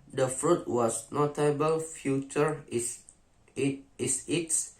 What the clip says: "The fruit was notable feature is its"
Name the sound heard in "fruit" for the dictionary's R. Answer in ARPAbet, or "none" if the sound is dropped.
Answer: R